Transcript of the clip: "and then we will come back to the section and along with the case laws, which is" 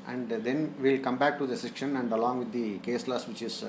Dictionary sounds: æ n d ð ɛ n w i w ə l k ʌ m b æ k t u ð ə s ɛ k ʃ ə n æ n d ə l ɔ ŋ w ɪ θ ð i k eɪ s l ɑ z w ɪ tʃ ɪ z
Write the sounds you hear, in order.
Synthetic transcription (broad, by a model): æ n d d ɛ n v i l k ʌ m b æ k t u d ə s ɛ k ʃ ə n æ n d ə l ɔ ŋ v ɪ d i k eɪ s l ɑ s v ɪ tʃ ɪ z